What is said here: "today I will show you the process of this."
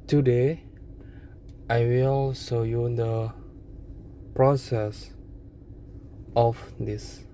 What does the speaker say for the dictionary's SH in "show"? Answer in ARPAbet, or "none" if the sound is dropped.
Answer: S